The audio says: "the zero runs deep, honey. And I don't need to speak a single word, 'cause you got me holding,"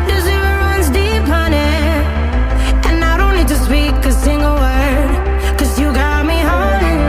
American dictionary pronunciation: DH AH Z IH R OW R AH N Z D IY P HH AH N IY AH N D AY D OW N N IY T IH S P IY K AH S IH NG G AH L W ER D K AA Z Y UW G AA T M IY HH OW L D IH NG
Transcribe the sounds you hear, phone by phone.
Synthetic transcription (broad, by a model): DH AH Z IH OW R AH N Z D IY P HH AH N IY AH N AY D OW N L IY T IH S P IY K AH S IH NG G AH L W ER D K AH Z Y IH G AA T M IY HH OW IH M